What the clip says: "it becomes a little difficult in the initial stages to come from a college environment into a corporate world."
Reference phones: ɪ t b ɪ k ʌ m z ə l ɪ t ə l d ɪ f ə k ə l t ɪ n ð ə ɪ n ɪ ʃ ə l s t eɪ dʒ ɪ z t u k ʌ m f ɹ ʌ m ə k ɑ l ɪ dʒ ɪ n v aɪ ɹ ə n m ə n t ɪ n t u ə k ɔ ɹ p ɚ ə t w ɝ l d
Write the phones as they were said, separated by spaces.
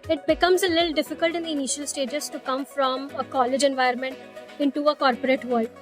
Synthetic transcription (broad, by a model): ɪ t b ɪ k ʌ m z ə l ɪ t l d ɪ f ə k ə l t ɪ n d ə ɪ n ɪ ʃ ə l s t eɪ dʒ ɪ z t u k ʌ m f ɹ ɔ m ə k ɑ l ɪ dʒ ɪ n v aɪ ə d m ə n t ɪ n t u ə k ɔ ɹ p ɚ ə t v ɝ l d